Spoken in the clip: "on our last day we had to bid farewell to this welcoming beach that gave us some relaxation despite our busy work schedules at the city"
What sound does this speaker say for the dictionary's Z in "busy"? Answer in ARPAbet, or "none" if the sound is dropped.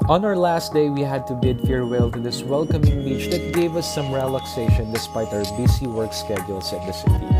S